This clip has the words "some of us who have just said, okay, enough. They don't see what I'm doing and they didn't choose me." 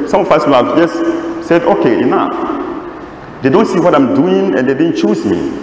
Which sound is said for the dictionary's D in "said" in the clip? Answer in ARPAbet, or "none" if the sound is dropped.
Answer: D